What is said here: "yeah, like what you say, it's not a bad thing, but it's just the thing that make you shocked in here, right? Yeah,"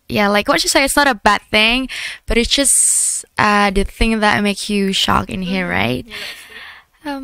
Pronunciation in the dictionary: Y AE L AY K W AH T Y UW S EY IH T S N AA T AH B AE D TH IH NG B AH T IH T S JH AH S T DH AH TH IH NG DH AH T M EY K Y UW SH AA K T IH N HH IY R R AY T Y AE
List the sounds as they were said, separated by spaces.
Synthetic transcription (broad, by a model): Y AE L AY K W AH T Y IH S EY IH T S N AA T AH B AE D TH IH NG B AH T IH T S JH AH S T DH AH TH IH NG DH AH T M EY K Y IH SH AA K IH N HH IY R R AY T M